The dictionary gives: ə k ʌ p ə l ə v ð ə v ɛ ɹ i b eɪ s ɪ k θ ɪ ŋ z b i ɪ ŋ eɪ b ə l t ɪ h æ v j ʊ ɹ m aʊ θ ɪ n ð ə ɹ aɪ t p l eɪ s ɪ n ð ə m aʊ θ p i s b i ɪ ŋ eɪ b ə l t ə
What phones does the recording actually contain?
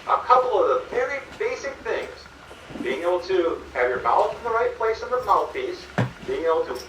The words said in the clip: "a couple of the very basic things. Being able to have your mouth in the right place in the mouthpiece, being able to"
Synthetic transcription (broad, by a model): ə k ʌ p l ə v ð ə v ɛ ɹ i b eɪ s ɪ k θ ɪ ŋ z b i ɪ ŋ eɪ b l t ɪ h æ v j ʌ ɹ m aʊ θ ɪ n ð ə ɹ aɪ t p l eɪ s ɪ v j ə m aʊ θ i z b i ɪ ŋ eɪ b l t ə